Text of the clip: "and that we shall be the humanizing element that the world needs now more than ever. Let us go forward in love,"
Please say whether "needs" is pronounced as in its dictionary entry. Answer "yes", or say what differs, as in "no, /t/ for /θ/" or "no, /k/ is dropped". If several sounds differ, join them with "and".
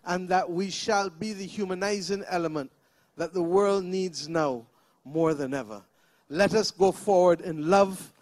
yes